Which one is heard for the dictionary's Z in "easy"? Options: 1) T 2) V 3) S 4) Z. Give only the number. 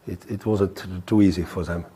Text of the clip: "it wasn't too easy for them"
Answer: 4